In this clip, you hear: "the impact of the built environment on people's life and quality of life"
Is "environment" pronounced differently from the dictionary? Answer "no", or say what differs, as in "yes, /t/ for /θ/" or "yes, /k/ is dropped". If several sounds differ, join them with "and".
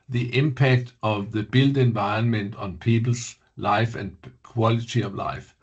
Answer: yes, /ɹ/ is dropped